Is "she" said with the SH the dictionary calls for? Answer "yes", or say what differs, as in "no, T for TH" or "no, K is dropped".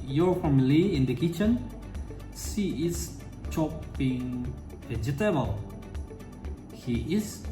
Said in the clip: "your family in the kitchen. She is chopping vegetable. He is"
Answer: no, S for SH